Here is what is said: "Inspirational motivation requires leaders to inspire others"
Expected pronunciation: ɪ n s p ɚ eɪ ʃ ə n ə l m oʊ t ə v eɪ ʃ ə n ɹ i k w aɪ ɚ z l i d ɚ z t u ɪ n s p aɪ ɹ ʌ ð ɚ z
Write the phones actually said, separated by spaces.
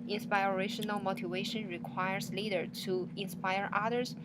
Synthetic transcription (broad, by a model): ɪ n s p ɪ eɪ ʃ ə n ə l m oʊ t ə v eɪ ʃ ə n ɹ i k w aɪ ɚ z l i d ɚ t u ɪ n s p aɪ ɹ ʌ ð ɚ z